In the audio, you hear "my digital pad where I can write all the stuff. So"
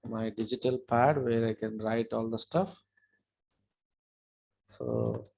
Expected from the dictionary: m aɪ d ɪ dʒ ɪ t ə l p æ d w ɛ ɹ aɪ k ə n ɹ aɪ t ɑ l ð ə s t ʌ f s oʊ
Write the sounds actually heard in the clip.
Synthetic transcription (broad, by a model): m aɪ d ɪ dʒ ɪ t ə l p æ d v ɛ ɹ aɪ k ə n ɹ aɪ t ɑ l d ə s t ʌ f s oʊ